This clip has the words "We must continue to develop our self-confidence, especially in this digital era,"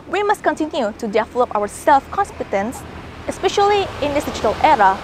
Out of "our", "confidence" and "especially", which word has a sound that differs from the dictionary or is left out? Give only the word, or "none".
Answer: confidence